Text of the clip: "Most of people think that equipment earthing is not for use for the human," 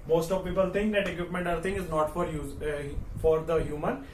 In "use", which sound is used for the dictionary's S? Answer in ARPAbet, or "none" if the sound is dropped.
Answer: none